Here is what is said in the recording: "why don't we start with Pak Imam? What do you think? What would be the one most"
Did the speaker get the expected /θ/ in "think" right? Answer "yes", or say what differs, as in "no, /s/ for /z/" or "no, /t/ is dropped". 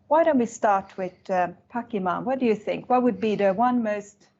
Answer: yes